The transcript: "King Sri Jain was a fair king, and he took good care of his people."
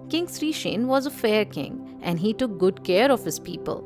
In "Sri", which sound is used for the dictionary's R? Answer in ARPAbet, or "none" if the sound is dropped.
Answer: R